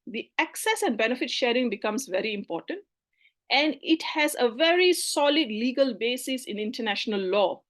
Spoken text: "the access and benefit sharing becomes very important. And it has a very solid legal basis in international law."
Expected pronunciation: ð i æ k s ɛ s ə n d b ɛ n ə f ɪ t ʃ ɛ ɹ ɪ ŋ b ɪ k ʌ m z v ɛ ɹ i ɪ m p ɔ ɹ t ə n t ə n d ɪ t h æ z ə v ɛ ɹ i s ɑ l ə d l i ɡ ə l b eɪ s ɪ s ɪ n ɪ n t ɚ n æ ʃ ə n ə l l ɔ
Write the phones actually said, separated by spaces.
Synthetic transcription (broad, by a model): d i æ k s ɛ s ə n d b ɛ n ə f ɪ t ʃ ɛ ɹ ɪ ŋ b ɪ k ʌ m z v ɛ ɹ i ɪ m p ɔ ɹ t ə n t ə n d ɪ t h æ z ə v ɛ ɹ i s ɑ l ə d l i ɡ ə l b eɪ s ɪ s ɪ n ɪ n t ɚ n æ ʃ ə n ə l l ɔ